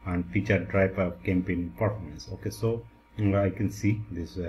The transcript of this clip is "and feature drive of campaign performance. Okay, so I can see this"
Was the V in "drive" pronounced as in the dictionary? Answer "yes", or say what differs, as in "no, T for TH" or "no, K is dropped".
no, P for V